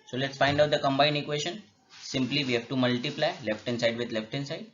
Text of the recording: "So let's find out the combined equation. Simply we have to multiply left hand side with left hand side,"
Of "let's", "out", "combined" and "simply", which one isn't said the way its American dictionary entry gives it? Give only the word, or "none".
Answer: none